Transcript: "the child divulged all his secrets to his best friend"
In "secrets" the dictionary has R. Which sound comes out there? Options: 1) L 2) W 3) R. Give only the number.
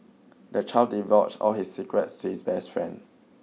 3